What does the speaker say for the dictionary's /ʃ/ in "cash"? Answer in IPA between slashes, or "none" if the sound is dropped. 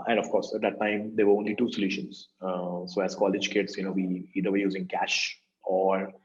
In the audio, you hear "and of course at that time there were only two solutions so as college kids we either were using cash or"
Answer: /ʃ/